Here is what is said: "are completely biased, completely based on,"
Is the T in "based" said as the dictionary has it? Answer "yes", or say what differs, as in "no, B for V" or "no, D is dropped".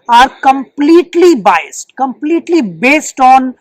yes